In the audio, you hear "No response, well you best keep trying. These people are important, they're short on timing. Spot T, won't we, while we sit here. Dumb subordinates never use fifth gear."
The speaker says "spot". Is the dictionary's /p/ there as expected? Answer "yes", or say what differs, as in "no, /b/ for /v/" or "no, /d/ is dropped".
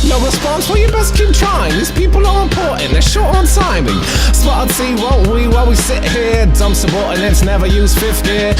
no, /b/ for /p/